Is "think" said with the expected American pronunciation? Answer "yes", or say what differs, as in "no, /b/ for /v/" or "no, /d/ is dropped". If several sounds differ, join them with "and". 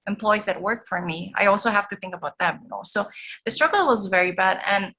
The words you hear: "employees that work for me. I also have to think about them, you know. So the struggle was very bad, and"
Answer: yes